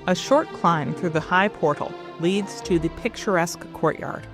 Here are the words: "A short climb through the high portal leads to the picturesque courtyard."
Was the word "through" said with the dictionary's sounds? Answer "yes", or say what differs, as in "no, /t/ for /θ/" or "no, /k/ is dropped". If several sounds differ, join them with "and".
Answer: yes